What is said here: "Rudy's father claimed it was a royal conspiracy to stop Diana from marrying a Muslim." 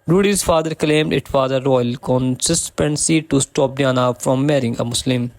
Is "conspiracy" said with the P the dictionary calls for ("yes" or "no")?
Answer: no